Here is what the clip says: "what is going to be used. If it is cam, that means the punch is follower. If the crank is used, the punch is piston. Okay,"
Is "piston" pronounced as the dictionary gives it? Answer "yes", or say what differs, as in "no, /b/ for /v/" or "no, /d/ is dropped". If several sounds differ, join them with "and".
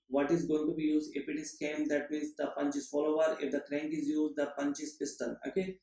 no, /l/ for /n/